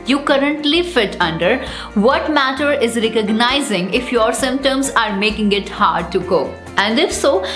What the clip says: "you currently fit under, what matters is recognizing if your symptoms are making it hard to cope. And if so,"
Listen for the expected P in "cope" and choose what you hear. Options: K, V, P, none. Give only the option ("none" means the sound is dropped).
none